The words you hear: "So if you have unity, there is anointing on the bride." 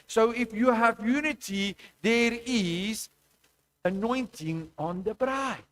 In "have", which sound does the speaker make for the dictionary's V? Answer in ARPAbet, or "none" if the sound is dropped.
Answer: V